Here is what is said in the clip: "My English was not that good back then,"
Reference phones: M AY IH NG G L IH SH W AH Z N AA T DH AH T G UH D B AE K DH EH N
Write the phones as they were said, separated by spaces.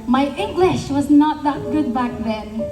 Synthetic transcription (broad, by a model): M AY IH NG G L IH SH W AH Z N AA T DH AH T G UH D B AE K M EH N